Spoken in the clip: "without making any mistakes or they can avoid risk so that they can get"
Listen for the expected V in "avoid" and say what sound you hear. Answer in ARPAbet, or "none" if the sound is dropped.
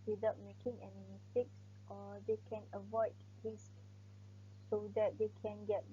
V